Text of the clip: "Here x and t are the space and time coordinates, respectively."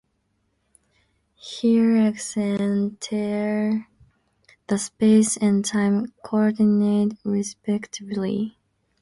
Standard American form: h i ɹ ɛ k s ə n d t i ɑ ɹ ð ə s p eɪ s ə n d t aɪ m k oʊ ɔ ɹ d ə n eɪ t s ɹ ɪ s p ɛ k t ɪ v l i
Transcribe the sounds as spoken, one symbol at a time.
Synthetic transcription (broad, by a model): h i ɹ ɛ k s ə n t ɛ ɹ ð ə s p eɪ s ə n t aɪ m k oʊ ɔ ɹ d n eɪ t ɹ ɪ s p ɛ k t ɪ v l i